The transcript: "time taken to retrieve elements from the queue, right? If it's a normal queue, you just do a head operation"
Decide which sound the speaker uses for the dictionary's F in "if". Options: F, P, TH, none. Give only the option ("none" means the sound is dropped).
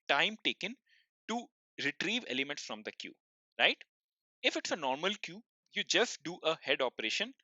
F